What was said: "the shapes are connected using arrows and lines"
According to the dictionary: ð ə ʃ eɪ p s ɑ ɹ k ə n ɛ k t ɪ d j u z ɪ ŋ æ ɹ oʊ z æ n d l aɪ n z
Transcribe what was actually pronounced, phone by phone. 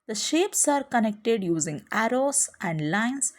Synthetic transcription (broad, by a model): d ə ʃ eɪ p s ɑ ɹ k ə n ɛ k t ɪ d j u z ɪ ŋ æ ɹ oʊ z æ n d l aɪ n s